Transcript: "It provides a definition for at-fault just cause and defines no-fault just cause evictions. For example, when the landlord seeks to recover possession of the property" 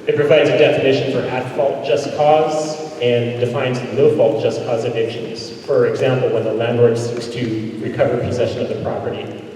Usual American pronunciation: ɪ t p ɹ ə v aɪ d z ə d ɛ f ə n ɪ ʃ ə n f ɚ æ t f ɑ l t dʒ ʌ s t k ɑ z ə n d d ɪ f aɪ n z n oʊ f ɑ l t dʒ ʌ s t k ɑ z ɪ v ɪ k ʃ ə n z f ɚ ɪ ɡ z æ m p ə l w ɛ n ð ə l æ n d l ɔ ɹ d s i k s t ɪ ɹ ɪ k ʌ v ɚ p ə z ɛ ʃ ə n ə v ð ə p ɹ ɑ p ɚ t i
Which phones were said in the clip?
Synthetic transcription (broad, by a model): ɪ t p ɹ ə v aɪ d z ə d ɛ f ə n ɪ ʃ ə n f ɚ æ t f ɑ l t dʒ ʌ s k ɑ z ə n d d ɪ f aɪ n z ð oʊ f ɑ l t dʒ ʌ s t k ɑ z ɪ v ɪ k ʃ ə n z f ɚ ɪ ɡ z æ m p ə l w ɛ n ð ə l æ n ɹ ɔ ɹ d s i k s t ɪ ɹ ɪ k ʌ v ɚ p ə z ɛ ʃ ə n ə v ð ə p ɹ ɑ p ɚ t i